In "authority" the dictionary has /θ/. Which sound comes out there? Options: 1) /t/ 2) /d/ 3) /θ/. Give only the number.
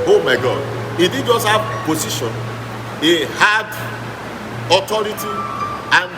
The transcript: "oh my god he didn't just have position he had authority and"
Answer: 1